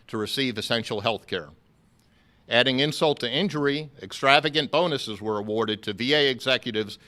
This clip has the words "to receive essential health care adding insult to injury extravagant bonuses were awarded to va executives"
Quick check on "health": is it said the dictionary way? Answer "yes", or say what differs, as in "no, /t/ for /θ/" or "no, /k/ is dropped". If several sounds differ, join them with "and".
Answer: yes